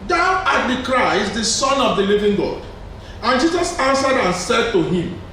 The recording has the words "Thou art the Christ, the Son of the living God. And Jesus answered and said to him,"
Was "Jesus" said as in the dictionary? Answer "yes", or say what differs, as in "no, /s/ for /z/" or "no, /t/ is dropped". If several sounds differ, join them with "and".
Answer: yes